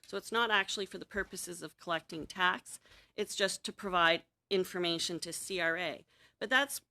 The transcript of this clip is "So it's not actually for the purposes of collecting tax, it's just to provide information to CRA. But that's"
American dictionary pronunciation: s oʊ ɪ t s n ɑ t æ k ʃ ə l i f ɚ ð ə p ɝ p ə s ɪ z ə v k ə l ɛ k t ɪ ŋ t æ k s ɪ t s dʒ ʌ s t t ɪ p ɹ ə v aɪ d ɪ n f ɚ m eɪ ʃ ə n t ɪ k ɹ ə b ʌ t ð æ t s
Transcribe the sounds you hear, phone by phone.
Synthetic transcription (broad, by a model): s oʊ ɪ t s n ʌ t æ k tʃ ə l i f ɚ ð ə p ɝ p ə s ɪ z ə v k ə l ɛ k t ɪ ŋ t æ k s ɪ t s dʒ ʌ s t t ɪ p ɹ ə v aɪ d ɪ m f ɚ m eɪ ʃ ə n t ɪ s ɹ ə b ʌ t ð æ t s